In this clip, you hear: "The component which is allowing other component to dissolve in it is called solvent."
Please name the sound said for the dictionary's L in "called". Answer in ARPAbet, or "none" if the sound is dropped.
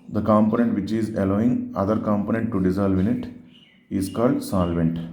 L